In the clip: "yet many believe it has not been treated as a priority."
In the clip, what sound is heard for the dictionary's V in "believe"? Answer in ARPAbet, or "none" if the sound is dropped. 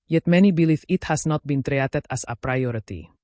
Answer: F